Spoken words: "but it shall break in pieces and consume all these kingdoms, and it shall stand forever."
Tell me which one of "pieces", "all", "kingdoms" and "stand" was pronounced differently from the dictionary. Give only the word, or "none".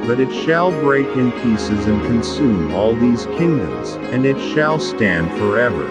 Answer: none